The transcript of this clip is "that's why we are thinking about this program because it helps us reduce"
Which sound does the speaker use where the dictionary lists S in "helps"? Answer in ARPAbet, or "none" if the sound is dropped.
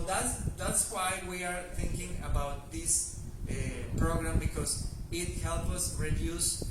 none